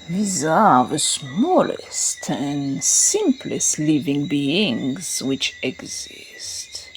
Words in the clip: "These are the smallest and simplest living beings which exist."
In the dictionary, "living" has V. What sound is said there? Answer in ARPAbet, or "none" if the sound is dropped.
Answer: V